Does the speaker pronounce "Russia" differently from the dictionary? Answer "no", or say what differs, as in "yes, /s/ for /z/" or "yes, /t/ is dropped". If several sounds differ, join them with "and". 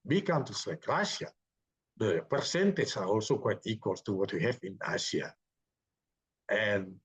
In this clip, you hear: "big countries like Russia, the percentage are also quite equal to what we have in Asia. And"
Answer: yes, /ʃ/ is dropped